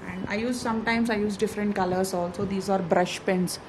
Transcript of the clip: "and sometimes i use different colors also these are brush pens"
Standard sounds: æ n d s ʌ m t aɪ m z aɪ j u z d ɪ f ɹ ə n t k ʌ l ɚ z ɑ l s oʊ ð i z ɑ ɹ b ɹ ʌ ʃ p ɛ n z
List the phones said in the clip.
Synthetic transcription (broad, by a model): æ n d s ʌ m t aɪ m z aɪ j u z d ɪ f ɹ ə n t k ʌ l ɚ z ɑ l s oʊ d i z ɑ ɹ b ɹ ʌ ʃ p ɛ n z